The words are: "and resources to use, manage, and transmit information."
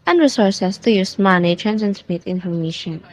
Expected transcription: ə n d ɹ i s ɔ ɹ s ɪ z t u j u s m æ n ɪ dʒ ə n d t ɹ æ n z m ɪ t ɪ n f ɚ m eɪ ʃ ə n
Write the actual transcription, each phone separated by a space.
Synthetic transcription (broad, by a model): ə n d ɹ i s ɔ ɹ s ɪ s t u j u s m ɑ n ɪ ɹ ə n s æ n s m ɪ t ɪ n f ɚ m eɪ ʃ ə n